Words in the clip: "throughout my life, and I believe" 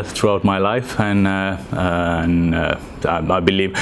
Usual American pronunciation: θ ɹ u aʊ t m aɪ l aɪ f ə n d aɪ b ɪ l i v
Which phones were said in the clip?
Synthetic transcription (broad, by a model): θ ɹ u aʊ t m aɪ l aɪ f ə n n aɪ b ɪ l i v